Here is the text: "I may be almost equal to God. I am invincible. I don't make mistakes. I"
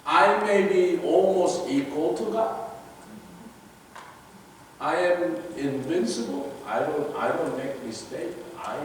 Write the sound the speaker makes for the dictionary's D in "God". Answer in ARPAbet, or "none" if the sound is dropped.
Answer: none